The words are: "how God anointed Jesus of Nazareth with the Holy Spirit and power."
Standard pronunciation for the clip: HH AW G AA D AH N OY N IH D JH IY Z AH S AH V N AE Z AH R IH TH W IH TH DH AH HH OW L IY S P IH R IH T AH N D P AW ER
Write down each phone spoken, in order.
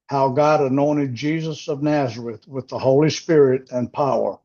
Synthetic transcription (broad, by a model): HH AW G AA D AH N OY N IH D JH IY Z AH S AH V N AE Z AH R IH TH W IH DH AH HH OW L IY S P IH R IH T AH N P AW ER